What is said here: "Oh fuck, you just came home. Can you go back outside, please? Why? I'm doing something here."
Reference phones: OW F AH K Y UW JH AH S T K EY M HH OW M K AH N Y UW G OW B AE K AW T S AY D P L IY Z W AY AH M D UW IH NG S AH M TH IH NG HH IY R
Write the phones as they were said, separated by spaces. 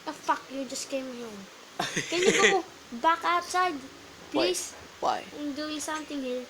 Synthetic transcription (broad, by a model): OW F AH K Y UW JH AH S K EY M HH OW M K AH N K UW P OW B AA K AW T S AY D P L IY S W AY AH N D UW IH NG S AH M T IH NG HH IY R